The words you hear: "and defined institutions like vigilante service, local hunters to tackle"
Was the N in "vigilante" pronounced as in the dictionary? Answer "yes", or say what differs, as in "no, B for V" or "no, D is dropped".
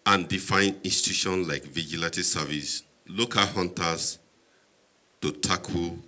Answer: no, N is dropped